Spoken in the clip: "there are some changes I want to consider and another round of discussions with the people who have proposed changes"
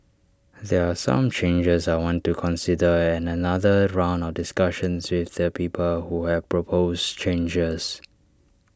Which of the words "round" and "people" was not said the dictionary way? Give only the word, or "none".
none